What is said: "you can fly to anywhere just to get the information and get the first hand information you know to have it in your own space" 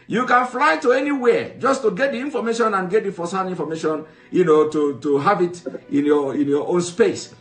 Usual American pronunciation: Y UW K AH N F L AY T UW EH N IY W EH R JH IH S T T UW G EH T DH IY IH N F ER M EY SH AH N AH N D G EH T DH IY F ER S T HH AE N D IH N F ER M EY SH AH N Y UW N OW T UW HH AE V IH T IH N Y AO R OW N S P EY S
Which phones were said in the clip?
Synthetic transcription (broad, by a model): Y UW K AH N F L AY T UW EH N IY W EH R JH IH S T T UW G EH T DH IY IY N F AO M EY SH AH N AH N G EH T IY F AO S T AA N IY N F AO M EY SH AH N Y UW N OW T UW HH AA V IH T IH N Y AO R OW N S P EY S